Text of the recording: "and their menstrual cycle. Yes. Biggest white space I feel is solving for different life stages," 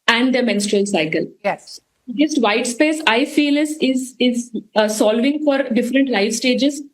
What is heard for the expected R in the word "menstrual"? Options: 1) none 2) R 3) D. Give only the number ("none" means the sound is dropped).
2